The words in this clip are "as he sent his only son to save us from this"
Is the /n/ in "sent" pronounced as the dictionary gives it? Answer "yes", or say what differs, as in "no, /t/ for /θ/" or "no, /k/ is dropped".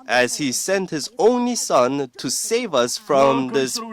yes